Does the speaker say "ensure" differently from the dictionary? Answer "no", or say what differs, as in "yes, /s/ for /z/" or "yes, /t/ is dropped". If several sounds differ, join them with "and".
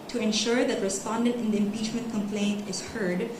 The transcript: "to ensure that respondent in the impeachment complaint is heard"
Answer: no